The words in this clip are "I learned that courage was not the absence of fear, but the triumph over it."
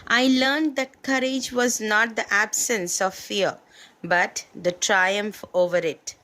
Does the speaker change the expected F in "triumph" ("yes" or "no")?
no